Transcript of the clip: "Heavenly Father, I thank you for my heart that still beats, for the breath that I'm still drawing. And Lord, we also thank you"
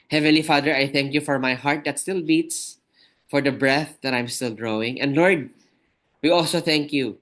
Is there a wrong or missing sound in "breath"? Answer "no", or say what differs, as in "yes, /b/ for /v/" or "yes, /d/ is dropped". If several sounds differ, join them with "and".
no